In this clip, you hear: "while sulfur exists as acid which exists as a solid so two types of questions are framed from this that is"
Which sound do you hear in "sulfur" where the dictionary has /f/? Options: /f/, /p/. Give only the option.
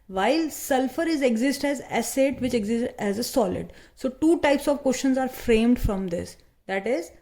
/f/